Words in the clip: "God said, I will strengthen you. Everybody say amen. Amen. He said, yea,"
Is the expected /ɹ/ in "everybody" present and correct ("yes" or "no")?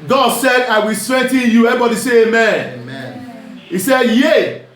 no